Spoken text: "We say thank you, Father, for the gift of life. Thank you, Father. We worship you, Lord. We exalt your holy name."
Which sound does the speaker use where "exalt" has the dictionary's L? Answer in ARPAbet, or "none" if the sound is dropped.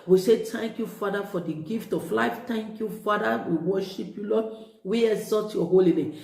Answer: none